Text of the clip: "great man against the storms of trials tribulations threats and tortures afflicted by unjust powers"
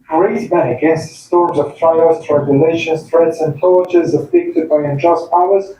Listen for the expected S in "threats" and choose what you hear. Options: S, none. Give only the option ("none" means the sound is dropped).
S